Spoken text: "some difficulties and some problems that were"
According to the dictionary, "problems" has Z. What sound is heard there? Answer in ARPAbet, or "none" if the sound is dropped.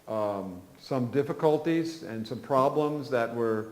Z